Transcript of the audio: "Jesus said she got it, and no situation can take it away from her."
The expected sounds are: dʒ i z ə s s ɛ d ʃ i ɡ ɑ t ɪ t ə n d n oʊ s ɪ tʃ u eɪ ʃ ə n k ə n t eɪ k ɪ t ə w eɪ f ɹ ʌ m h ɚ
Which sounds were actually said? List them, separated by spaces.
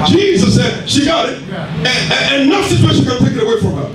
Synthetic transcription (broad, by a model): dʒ i z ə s s ɛ d ʃ i ɡ ɑ t ɪ t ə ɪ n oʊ s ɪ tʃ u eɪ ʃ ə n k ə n t eɪ k ɪ t ə w eɪ f ɹ ʌ m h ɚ